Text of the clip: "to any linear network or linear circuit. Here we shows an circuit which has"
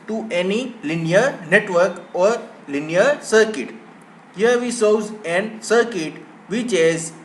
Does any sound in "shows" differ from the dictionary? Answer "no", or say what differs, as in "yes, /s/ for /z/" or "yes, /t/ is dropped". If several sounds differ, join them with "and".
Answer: yes, /s/ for /ʃ/